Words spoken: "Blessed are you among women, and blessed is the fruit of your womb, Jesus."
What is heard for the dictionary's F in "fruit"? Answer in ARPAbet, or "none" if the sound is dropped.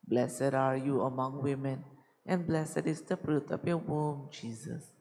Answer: P